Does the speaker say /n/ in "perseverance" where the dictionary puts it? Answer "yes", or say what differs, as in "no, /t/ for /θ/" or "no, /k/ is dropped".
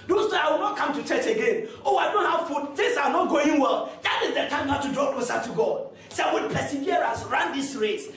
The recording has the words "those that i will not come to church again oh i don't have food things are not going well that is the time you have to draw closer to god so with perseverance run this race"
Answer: no, /n/ is dropped